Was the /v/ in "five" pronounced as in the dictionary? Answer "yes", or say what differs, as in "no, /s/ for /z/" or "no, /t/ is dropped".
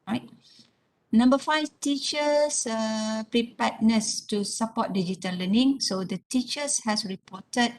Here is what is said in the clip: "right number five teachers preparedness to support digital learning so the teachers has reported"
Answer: no, /f/ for /v/